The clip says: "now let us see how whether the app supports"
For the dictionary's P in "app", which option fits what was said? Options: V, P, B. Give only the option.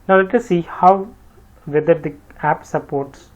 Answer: P